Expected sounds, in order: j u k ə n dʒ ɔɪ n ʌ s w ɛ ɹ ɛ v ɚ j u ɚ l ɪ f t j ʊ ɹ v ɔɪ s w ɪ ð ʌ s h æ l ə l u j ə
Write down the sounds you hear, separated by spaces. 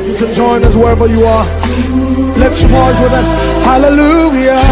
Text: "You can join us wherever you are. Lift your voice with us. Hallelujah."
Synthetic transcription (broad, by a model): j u k ə n dʒ ɔɪ n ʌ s w ɛ ɹ ɛ v ɚ j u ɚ l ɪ t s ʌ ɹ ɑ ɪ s w ɪ ð ʌ s h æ l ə l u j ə